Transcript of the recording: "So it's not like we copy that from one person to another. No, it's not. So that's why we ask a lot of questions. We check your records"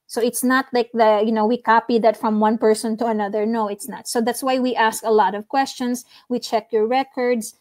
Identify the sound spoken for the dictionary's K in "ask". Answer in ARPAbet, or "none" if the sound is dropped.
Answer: K